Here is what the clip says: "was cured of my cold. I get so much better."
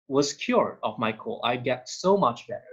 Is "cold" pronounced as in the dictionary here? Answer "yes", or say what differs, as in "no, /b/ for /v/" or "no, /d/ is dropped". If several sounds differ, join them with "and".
no, /d/ is dropped